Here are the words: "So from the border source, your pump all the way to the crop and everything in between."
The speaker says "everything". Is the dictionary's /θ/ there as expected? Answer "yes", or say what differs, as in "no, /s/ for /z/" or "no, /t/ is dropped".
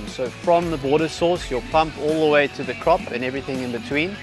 yes